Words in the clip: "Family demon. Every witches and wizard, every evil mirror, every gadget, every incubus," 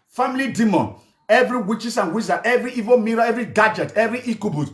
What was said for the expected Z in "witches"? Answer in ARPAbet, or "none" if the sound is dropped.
S